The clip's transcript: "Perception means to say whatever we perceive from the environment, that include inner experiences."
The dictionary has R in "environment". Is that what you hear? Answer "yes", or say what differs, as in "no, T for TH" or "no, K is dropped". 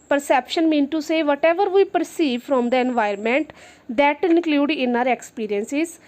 no, R is dropped